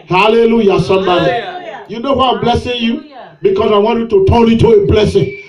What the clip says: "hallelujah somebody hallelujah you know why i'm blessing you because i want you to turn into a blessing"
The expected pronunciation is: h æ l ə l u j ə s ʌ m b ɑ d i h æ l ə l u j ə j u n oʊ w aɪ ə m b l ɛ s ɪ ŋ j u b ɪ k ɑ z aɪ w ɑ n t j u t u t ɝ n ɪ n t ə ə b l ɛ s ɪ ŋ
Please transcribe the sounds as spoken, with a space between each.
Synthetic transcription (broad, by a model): h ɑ l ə l u j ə s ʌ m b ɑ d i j j u n oʊ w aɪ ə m b l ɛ s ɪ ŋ j u b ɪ k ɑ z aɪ w ɑ n t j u t u t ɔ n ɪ t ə ə b l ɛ s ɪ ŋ